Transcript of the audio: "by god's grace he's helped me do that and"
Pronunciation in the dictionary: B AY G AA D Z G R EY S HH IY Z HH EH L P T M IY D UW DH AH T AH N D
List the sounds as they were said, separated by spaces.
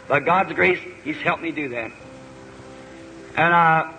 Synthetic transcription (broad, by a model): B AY G AA D Z G R EY S HH IY Z HH EH L P M IY D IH DH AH T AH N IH